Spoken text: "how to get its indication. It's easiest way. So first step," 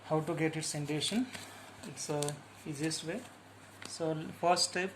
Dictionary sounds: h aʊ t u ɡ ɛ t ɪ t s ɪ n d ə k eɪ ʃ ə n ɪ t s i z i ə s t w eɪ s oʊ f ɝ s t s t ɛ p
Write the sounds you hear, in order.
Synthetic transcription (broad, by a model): h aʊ t u ɡ ɛ t ɪ t s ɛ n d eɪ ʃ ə n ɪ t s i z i s t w eɪ s oʊ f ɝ t s t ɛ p